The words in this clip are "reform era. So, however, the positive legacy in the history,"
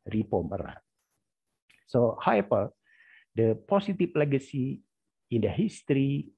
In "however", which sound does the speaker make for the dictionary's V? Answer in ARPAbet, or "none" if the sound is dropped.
P